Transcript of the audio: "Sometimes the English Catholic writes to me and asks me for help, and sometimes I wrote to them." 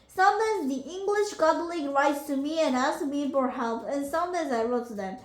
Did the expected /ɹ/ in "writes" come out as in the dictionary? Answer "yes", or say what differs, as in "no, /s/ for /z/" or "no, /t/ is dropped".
yes